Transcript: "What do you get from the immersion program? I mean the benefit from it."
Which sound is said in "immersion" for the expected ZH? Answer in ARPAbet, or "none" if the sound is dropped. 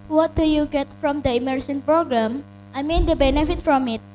S